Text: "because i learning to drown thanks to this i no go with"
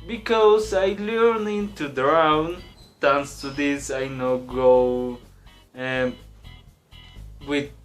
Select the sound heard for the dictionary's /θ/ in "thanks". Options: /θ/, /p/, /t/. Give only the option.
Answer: /t/